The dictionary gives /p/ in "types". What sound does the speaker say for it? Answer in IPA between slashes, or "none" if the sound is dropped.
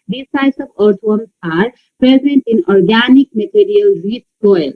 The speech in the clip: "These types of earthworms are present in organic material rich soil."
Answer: none